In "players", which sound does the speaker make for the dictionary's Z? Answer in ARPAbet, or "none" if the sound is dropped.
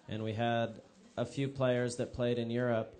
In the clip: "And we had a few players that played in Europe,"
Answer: Z